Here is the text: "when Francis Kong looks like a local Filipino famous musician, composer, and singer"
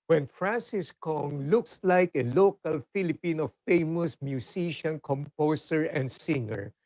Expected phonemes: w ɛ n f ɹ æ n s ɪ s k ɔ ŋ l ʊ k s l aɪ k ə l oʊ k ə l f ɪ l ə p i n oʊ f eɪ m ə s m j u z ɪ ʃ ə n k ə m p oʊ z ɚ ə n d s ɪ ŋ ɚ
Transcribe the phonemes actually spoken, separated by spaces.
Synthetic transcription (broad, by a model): w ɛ n f ɹ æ n s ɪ s k ɔ ŋ l ʊ k s l aɪ k ə l oʊ k ə l f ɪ l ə p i n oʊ f eɪ m ə s m j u s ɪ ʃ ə n k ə m p oʊ s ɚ ə n d s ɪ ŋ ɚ